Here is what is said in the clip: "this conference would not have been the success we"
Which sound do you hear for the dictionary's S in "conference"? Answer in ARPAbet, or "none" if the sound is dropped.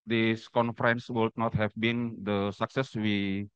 S